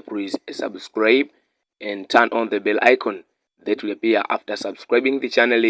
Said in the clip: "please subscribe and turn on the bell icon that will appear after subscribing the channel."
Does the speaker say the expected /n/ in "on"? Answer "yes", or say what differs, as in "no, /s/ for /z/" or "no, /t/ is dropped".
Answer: yes